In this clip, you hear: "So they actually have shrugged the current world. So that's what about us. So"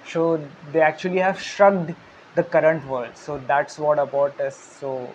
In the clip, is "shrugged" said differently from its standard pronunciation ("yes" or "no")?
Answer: no